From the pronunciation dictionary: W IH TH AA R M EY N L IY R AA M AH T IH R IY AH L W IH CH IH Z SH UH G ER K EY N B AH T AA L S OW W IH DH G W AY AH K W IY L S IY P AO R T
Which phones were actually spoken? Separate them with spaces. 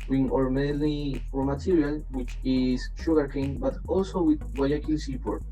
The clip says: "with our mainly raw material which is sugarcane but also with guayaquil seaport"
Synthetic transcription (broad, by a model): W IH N AA R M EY L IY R M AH T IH R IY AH L W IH CH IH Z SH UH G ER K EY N B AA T AA L S OW W IH DH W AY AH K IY L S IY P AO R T